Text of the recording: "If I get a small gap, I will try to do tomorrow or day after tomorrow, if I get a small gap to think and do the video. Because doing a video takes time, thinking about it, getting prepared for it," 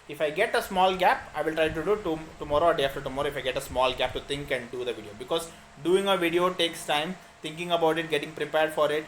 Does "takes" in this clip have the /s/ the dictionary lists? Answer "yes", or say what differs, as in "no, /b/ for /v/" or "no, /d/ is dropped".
yes